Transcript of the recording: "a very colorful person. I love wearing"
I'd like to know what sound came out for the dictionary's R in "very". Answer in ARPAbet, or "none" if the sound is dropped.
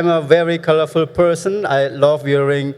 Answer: R